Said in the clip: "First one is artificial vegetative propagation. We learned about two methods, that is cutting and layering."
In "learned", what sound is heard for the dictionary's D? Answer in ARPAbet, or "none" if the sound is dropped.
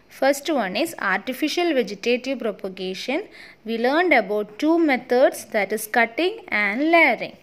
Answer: D